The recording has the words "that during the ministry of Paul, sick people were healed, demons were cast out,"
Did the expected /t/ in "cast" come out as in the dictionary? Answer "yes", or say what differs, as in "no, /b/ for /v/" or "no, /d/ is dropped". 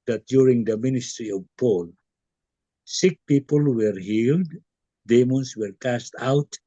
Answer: yes